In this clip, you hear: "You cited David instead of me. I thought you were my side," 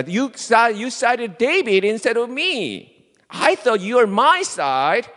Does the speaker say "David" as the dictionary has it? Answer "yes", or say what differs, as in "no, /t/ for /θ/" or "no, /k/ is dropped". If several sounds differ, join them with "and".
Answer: no, /b/ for /v/